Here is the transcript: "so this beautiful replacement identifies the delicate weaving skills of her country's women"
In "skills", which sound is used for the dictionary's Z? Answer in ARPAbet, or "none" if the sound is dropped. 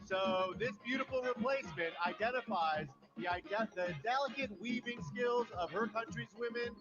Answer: Z